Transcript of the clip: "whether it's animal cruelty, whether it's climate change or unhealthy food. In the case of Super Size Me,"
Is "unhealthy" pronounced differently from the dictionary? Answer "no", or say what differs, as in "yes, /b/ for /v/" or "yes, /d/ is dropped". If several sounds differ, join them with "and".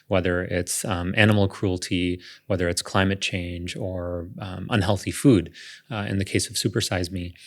no